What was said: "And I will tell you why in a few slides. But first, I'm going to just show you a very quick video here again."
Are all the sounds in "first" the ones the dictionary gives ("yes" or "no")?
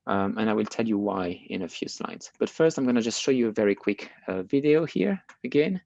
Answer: yes